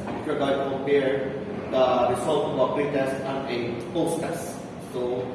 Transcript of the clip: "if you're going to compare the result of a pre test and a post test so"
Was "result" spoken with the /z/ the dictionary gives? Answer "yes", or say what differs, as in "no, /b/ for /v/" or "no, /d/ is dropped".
no, /s/ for /z/